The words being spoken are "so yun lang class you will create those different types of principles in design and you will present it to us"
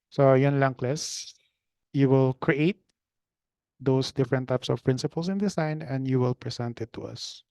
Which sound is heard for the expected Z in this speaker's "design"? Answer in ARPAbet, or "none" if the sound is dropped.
S